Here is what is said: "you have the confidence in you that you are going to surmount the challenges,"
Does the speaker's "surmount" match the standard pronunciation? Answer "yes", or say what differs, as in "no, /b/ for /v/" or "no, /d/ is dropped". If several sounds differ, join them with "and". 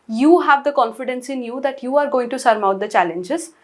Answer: no, /n/ is dropped